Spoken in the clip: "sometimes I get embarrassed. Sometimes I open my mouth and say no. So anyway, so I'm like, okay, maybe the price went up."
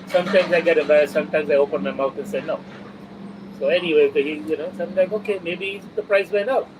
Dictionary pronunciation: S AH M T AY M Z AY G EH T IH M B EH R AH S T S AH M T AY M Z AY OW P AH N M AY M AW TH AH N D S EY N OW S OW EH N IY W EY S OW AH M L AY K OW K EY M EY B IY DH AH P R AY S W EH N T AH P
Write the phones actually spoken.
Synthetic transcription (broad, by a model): S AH M T AY M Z AY G EH T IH B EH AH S S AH M T AY M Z AY OW P AH N M AY M AW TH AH N S EY N OW S OW EH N IY W EY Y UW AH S L AY K OW K EY M EY B IY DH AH P R AY S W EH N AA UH